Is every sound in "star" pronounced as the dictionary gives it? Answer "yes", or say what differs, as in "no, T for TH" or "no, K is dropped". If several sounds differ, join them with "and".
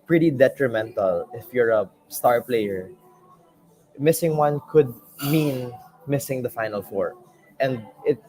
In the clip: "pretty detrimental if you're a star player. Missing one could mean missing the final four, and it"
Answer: yes